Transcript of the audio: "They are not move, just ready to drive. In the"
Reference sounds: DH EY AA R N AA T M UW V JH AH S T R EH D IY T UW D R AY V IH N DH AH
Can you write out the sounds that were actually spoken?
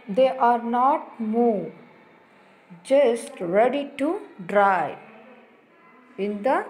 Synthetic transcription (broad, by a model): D EY AA R N AA T M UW JH AH S T R EH D IY T UW D R AY IH N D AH